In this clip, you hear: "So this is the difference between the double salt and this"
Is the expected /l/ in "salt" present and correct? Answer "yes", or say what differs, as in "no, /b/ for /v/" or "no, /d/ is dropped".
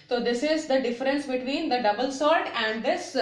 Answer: no, /l/ is dropped